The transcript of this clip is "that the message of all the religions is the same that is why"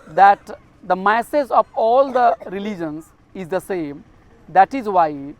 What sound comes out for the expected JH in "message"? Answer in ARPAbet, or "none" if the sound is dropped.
Z